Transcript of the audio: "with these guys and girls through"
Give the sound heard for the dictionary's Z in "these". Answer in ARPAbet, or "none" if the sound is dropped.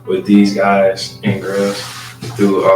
Z